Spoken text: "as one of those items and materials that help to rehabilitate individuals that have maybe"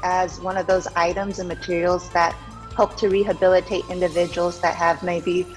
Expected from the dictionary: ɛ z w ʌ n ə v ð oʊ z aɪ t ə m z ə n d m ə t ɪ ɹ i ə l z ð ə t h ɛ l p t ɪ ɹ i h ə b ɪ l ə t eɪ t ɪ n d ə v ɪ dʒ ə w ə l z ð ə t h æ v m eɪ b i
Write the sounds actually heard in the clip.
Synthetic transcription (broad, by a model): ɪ z w ʌ n ə v ð oʊ z aɪ t ə m z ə n m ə t ɪ ɹ i l z ð ə t h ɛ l p t ɪ ɹ i h ə b ɪ l ə t eɪ t ɪ n d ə v ɪ dʒ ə w l z ð ə t h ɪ v m eɪ b i